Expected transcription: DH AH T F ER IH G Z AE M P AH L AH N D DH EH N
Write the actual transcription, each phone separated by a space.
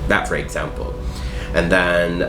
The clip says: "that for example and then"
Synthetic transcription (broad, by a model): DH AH T F ER IH G Z AE M P AH L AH N DH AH N